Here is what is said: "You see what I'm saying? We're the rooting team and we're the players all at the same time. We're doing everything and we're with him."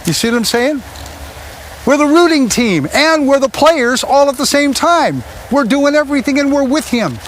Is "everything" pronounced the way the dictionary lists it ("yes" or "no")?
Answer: yes